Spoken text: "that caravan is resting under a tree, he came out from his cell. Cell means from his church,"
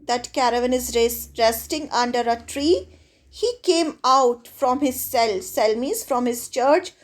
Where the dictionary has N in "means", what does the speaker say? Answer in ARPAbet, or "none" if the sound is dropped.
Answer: none